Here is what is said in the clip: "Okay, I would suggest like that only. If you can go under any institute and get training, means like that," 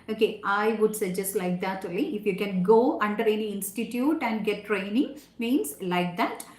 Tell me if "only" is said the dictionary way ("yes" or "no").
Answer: no